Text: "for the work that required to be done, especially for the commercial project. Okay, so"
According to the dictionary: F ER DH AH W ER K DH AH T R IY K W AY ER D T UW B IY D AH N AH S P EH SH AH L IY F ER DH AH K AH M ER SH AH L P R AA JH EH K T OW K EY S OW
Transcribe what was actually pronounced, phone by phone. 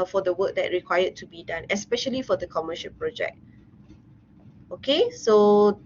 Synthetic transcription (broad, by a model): F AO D AH W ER K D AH T R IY K W AY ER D T UW B IY D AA N AH S P EH SH AH L IY F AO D AH K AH M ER SH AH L P R AA JH EH K T OW K EY S OW